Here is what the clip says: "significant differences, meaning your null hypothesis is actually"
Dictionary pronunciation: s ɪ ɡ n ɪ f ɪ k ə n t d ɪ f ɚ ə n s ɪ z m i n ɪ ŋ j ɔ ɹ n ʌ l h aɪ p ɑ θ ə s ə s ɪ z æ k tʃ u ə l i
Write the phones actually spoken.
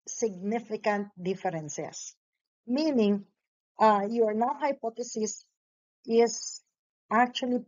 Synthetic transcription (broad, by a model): s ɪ ɡ n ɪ f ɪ k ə n t d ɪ f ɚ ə n s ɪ s m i n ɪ ŋ j ɔ ɹ n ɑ w h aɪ p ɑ t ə s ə s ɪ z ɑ k tʃ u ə l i